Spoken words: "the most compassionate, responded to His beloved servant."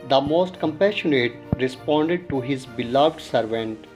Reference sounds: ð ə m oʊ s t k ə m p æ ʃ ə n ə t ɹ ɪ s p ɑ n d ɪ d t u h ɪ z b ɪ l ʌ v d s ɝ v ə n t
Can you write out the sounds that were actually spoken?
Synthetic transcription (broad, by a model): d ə m oʊ s t k ə m p æ ʃ ə n ə t ɹ ɪ s p ɑ n d ɪ d t u h ɪ z b ɪ l ʌ v d s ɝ v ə n t